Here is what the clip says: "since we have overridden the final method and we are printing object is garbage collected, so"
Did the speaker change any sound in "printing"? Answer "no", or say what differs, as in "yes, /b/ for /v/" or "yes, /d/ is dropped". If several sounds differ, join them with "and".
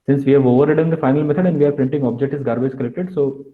no